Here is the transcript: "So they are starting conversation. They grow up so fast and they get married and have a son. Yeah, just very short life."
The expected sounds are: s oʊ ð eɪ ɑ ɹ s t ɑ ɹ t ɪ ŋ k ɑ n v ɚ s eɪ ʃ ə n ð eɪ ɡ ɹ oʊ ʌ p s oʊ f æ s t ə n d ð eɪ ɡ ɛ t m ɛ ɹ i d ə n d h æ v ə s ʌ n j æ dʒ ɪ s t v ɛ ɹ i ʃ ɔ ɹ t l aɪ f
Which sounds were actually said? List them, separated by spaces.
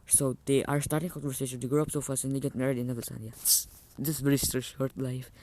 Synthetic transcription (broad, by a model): s oʊ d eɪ ɑ ɹ s t ɑ ɹ t ɪ ŋ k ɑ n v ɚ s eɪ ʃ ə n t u ɡ ɹ oʊ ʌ p s oʊ f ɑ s ə n d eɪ ɡ ɛ t m ɛ ɹ i d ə n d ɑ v ə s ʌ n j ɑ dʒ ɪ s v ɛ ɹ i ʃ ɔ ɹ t l aɪ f